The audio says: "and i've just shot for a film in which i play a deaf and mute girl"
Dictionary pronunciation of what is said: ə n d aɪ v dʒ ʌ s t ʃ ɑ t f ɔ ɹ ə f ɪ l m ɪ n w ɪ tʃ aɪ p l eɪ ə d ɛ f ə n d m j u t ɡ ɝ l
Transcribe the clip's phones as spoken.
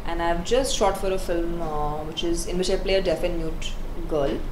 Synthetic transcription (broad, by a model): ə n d aɪ v dʒ ʌ s t ʃ ɑ t f ɔ ɹ ə f ɪ l m ɪ n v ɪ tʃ aɪ p l eɪ ə d ɛ f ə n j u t ɡ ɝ l